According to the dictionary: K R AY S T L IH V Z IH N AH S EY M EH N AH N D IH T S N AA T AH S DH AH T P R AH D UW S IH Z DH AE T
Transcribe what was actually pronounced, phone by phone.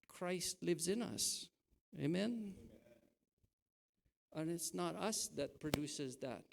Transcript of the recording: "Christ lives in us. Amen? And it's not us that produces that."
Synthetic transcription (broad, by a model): K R AY S T L IH V Z IH N AH S EY M EH N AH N IH T S N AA T AH S DH AH T P R AH D UW S IH Z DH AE T